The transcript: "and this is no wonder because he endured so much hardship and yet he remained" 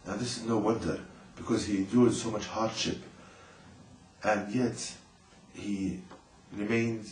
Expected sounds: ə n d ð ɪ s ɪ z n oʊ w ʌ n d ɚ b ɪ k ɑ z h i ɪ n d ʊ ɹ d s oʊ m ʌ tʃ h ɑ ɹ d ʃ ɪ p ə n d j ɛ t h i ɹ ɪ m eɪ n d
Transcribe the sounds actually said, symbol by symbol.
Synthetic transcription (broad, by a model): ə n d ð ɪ s ɪ z n oʊ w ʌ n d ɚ b ɪ k ɑ z h i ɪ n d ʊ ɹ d s oʊ m ʌ tʃ h ɑ ɹ d ʃ ɪ p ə n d j ɛ t h i ɹ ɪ m eɪ n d